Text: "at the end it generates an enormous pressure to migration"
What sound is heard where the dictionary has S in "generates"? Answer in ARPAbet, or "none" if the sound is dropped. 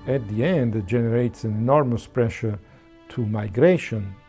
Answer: S